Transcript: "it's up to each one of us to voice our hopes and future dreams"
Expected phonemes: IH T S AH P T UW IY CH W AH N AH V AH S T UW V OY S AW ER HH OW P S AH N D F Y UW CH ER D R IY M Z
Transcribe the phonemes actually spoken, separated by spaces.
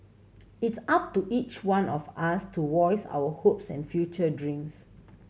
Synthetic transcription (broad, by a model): IH T S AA P T UW IY CH W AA N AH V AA S T UW W OY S AW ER HH OW P S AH N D F Y UW CH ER D R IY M S